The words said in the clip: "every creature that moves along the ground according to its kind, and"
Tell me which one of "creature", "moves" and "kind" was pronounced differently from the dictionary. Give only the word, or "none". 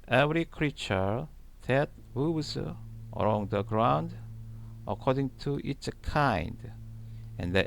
moves